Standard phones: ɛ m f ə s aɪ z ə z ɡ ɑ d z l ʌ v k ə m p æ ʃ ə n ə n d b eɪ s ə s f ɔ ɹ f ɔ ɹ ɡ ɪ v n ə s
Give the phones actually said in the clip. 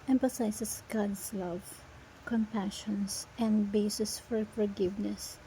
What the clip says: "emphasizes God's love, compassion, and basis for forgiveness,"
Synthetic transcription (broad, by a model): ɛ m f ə s aɪ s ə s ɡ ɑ d s l ʌ v k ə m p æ ʃ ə n ə n d b eɪ s ə s f ɔ ɹ f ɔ ɹ ɡ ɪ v n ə s